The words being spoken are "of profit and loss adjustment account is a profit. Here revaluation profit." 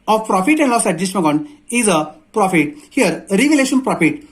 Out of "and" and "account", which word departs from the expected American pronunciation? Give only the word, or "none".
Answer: account